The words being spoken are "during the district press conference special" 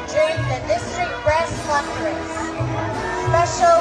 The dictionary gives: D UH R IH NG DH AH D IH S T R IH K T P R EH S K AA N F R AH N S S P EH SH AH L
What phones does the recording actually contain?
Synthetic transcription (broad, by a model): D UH R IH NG DH AH D IH S T R IH K T B R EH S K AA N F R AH S S P EH SH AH L